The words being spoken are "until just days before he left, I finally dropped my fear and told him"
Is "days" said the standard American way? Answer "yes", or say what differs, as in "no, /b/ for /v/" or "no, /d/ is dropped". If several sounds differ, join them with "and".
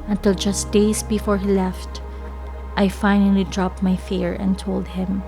no, /s/ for /z/